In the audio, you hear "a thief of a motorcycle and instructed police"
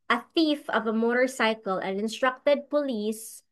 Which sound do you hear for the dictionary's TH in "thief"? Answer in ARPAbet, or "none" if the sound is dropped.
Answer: TH